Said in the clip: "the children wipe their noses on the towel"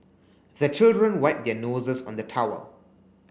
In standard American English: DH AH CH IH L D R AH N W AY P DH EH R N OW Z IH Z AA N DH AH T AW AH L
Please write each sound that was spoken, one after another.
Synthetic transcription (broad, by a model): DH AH CH IH L D R AH N W AY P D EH N OW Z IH S AA N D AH T AW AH